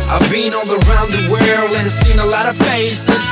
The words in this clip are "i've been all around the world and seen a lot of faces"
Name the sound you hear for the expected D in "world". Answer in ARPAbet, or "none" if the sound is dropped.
none